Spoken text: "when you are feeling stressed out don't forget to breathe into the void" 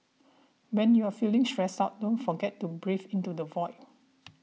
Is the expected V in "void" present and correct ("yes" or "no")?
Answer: yes